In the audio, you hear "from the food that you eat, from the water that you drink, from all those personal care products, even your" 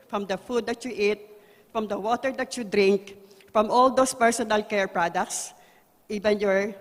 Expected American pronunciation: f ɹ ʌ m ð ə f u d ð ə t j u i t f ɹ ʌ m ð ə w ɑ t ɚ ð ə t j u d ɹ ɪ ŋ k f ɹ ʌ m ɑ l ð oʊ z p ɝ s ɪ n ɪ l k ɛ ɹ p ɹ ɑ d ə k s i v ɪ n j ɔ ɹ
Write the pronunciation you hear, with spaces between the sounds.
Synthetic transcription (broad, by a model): f ɹ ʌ m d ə f u d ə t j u i t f ɹ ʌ m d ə w ɑ t ɚ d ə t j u d ɹ ɪ ŋ k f ɹ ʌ m ɑ l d oʊ s p ɝ s ɪ n ɪ l k ɛ ɹ p ɹ ɑ d ə k s i v ɪ n j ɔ ɹ